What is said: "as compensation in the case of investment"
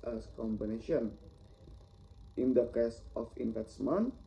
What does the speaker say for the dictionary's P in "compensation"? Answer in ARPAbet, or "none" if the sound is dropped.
B